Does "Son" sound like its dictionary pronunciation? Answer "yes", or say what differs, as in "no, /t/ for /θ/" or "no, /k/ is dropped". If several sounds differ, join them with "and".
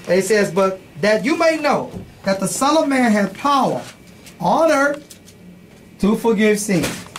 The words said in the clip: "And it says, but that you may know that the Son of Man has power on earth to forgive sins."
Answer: no, /l/ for /n/